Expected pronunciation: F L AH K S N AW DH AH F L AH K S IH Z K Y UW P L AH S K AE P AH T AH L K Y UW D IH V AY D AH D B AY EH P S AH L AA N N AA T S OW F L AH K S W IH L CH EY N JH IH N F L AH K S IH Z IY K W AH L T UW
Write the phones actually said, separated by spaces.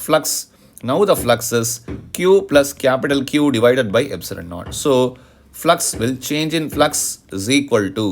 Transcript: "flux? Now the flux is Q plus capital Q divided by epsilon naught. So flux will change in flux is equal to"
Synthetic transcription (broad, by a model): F L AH K S N AW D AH F L AH K S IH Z K Y UW P L AH S K AE P AH T AH L K Y UW D IH V AY D AH D B AY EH B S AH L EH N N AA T S OW F L AH K S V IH L CH EY N JH IH N F L AH K S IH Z IY K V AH L T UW